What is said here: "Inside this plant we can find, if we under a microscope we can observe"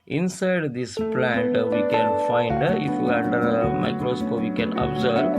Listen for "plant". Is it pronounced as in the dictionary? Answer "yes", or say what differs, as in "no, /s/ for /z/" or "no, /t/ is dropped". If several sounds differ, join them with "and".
yes